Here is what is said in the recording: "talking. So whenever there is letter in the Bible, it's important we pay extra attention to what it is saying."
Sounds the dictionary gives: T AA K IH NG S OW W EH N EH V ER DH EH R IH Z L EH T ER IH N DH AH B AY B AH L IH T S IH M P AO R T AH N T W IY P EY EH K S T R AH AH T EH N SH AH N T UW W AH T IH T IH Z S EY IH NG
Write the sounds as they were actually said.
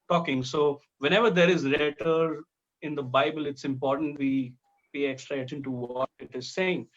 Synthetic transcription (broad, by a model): T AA K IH NG S OW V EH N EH V ER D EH R IH Z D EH T ER IH N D AH B AY B AH L IH T S IH M P AO R T AH N T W IY B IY EH K S T R AH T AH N T UW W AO T IH T IH Z S EY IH NG